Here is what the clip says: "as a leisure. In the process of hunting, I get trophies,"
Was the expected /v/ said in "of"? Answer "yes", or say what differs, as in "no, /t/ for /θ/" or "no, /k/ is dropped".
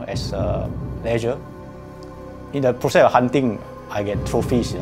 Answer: no, /f/ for /v/